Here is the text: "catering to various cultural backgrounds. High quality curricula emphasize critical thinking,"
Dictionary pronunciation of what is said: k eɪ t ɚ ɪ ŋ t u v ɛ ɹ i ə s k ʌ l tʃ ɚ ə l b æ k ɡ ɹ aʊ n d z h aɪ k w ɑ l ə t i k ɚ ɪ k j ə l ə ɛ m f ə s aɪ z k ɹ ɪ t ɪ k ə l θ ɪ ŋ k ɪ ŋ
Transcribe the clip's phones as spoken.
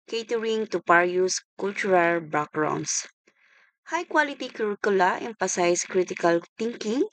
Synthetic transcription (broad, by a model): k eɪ t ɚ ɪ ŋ t u p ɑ ɹ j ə s k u l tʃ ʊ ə l b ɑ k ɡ ɹ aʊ n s h aɪ k w ɑ l ə t i k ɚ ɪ k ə l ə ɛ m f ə s aɪ s k ɹ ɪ t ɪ k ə l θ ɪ ŋ k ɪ ŋ